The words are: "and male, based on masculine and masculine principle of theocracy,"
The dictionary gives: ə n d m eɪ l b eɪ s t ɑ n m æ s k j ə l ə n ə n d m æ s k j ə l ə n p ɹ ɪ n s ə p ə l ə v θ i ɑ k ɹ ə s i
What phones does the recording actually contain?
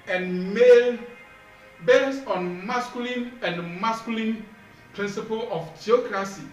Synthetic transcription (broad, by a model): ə n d m eɪ l b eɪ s ɑ n m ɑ s k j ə l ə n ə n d m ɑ s k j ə l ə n p ɹ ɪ n s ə p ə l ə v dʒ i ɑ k ɹ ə s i